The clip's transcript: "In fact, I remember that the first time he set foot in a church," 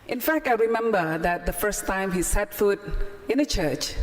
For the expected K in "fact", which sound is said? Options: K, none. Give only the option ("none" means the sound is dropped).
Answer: K